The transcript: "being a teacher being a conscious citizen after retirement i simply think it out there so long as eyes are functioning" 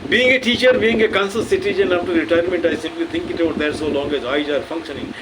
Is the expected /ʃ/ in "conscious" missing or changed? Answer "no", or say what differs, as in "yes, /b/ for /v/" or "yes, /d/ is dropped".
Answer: yes, /s/ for /ʃ/